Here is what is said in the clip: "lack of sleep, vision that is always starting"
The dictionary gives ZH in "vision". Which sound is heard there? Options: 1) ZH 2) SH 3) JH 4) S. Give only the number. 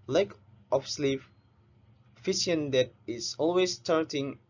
4